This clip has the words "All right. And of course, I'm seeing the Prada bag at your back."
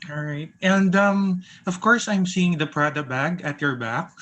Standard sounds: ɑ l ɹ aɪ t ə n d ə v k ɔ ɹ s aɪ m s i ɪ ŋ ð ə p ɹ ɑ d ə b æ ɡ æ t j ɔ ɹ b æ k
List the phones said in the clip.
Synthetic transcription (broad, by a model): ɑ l ɹ aɪ t ə n d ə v k ɔ ɹ s aɪ m s i ɪ ŋ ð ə p ɹ ɑ d ə b æ ɡ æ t j ɔ ɹ b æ k